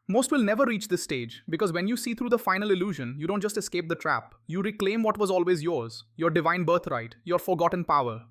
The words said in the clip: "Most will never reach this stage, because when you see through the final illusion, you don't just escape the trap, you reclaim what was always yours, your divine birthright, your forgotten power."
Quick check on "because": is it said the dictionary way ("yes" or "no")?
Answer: yes